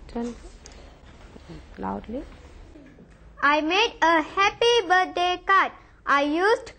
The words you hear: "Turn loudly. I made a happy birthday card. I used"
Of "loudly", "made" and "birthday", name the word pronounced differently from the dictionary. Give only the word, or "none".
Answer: birthday